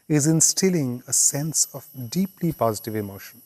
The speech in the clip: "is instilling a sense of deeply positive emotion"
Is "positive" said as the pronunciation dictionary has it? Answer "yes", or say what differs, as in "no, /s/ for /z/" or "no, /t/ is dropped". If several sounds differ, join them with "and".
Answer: yes